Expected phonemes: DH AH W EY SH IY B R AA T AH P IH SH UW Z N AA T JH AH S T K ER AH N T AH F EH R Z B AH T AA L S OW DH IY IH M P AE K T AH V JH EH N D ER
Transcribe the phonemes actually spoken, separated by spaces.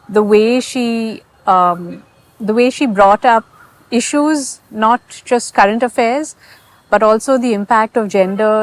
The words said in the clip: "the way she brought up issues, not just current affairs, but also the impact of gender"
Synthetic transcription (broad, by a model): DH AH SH EY SH IY B R AA T AH P IH SH UW Z N AA T JH AH S T K ER AH N T AH F EH R Z B AH T AA L S OW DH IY IH M P AE K T AH V JH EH N D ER